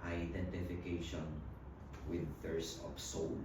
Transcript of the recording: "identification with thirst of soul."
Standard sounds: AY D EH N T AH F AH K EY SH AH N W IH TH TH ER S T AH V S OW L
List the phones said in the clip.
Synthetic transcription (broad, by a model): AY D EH N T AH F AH K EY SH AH N W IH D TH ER S AH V S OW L